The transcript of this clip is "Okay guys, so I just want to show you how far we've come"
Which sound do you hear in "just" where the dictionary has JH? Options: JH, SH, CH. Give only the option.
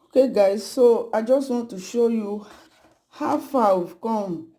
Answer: JH